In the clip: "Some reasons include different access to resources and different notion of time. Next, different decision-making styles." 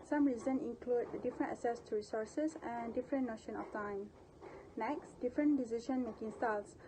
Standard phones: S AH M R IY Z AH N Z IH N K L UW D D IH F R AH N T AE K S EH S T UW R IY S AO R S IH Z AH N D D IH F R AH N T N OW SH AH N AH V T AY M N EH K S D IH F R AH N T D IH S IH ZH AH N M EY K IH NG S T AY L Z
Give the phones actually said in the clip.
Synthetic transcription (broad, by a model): S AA M R IY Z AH N IH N K L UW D D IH F R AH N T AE S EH S T UW R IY S AO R S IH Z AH N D D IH F R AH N N OW SH AH N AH F T AY M N EH K S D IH F R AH N D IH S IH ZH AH N M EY K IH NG S T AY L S